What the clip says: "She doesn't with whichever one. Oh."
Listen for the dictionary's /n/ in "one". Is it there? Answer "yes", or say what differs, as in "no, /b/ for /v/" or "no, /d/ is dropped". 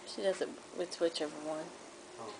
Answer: yes